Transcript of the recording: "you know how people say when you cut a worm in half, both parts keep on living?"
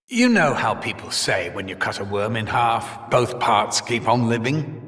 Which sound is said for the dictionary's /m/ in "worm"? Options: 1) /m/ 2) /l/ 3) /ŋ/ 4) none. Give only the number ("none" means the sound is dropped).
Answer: 1